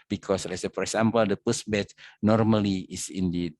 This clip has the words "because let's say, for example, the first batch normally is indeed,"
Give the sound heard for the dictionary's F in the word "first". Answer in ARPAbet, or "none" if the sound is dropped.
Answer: P